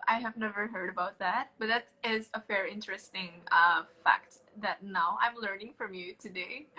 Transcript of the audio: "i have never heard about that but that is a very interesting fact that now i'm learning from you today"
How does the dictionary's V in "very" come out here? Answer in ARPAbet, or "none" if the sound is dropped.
F